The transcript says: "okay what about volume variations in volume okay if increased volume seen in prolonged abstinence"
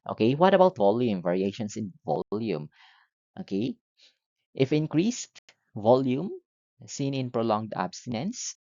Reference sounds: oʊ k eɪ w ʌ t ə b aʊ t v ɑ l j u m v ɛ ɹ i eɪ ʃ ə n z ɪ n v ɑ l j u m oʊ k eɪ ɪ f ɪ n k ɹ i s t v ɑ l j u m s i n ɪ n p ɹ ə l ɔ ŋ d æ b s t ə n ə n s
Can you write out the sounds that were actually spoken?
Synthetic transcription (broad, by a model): oʊ k eɪ w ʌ t ə b aʊ t v ɑ l j u m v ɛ ɹ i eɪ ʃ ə n s ɪ n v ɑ l j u m oʊ k eɪ ɪ f ɪ n k ɹ i s t v ɑ l j u m s i n ɪ n p ɹ ə l ɔ ŋ d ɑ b s t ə n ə n s